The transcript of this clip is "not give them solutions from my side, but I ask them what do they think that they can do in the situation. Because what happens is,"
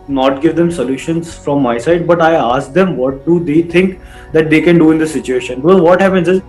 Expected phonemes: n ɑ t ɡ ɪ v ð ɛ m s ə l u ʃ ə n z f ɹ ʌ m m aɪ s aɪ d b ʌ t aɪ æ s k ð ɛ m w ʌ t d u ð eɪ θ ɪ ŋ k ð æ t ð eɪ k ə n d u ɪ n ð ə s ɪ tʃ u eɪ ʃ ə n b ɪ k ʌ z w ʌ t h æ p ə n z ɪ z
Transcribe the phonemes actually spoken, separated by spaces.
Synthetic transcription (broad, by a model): n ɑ t ɡ ɪ v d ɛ m s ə l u ʃ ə n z f ɹ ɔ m m aɪ s aɪ d b ʌ t aɪ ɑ s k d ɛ m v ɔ t d u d eɪ t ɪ ŋ k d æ t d eɪ k ə n d u ɪ n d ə s ɪ tʃ u eɪ ʃ ə n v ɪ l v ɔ t h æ p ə n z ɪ z